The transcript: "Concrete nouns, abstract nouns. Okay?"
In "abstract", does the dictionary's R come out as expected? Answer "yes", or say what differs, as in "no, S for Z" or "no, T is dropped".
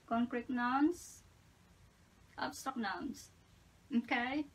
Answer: no, R is dropped